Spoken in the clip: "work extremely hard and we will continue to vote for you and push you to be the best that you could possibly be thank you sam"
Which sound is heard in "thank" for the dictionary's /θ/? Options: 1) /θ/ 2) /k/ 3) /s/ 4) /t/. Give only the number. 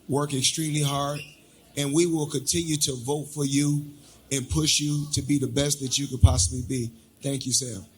1